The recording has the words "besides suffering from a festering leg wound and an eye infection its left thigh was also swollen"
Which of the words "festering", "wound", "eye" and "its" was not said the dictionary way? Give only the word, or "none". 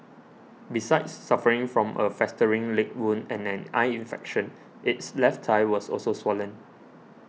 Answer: wound